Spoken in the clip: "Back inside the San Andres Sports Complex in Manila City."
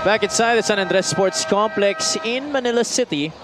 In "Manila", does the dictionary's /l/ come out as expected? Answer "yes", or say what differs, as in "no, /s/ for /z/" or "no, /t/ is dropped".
yes